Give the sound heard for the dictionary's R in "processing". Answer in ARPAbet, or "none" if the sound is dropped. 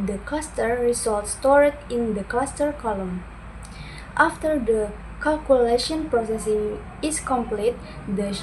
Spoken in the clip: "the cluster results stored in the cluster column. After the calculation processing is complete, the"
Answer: R